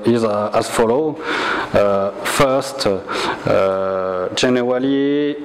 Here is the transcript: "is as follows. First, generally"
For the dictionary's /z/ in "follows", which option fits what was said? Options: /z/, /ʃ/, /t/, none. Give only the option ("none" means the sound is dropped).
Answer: none